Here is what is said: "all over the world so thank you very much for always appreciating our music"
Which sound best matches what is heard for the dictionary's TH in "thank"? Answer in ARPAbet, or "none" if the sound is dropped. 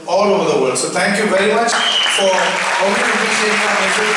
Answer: T